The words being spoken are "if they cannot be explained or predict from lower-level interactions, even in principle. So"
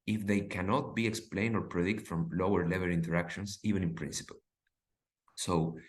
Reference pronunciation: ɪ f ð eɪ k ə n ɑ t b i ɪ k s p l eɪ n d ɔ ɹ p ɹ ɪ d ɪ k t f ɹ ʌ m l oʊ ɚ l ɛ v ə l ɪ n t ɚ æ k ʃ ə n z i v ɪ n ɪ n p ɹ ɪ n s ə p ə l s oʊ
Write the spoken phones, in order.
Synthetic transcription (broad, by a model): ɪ f ð eɪ k ə n ɑ t b i ɪ k s p l eɪ n d ɔ ɹ p ɹ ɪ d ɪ k t f ɹ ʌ m l oʊ ɚ l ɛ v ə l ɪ n t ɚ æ k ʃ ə n s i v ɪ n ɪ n p ɹ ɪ n s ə p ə l s oʊ